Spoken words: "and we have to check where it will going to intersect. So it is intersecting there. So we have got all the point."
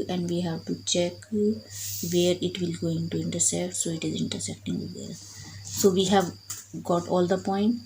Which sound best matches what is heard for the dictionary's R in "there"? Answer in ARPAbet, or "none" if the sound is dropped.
L